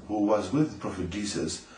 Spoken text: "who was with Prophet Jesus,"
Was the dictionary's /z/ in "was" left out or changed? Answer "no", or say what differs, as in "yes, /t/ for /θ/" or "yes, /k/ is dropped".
no